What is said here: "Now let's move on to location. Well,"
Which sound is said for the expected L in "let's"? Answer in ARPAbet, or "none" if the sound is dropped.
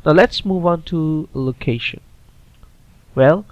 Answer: L